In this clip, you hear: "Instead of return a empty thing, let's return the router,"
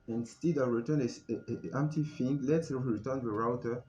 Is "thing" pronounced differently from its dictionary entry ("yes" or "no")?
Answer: yes